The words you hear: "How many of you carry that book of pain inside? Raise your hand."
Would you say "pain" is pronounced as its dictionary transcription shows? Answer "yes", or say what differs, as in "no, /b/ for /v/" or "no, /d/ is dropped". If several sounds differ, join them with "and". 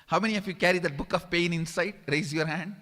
yes